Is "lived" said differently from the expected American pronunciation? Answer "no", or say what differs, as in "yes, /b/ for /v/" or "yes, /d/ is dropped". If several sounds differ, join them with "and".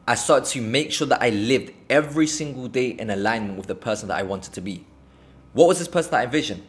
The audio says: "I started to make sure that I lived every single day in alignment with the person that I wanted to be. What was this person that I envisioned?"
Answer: no